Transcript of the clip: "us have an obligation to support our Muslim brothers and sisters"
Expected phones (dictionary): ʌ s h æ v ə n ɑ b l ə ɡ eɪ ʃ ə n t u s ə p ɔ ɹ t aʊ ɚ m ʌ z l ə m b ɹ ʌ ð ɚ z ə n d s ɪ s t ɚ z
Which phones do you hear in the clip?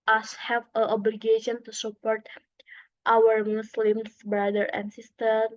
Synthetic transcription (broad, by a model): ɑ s h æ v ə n ɑ b l ə ɡ eɪ ʃ ə n t u s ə p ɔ ɹ t aʊ ɚ m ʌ s l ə m b ɹ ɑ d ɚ ə n d s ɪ s t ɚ